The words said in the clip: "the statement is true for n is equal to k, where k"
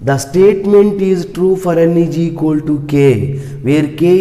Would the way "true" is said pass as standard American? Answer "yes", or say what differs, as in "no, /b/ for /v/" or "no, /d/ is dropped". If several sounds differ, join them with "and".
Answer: yes